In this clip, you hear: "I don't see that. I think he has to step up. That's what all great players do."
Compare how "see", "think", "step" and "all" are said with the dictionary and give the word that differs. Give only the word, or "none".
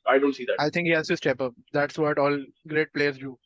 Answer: think